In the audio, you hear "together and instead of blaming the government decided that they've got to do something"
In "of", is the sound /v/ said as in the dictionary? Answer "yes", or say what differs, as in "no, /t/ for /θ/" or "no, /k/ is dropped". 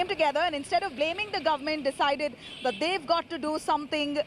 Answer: yes